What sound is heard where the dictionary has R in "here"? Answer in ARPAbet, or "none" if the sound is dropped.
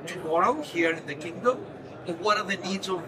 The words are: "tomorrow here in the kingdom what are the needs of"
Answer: R